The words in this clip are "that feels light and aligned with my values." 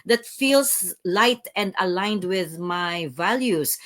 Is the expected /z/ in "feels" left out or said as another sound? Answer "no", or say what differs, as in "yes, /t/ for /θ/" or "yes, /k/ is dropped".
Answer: yes, /s/ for /z/